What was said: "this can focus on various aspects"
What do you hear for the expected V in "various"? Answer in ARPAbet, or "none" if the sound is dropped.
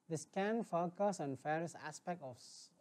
F